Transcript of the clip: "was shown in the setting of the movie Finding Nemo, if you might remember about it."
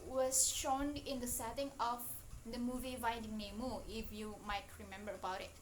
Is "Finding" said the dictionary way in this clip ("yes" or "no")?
no